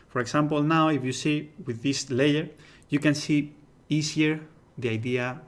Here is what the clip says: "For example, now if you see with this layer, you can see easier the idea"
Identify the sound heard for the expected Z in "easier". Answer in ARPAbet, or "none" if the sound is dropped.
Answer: S